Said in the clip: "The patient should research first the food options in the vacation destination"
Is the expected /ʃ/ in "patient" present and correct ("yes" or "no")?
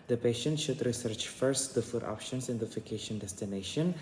yes